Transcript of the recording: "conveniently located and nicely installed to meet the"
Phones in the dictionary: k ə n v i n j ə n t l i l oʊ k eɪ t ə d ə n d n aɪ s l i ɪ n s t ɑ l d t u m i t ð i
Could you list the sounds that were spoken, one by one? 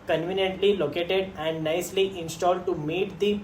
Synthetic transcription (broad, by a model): k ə n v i n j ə n t l i l oʊ k eɪ t ə d ə n d n aɪ s l i ɪ n s t ɑ l d t u m i t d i